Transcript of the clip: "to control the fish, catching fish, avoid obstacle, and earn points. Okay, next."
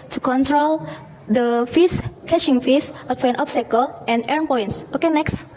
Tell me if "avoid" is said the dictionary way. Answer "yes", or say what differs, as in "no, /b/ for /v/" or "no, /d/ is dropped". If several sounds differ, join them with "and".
no, /f/ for /v/